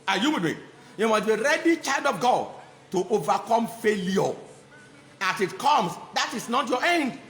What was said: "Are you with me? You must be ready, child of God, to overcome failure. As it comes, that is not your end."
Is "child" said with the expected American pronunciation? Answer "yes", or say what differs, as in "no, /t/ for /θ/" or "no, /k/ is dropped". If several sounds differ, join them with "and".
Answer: yes